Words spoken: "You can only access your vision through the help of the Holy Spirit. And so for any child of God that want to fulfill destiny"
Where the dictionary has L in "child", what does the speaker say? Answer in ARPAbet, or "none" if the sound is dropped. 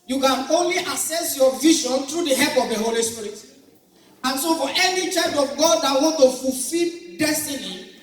none